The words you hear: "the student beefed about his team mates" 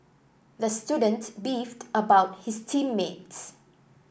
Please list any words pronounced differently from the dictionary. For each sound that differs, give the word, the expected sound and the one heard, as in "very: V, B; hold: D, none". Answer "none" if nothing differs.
his: Z, S